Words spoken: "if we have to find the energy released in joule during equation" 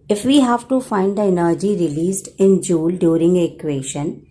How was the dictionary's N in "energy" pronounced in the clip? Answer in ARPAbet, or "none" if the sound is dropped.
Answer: N